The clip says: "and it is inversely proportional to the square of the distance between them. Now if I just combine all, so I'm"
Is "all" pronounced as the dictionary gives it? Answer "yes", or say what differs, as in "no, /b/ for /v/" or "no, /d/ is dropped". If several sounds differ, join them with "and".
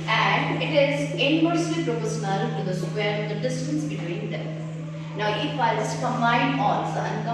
no, /n/ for /l/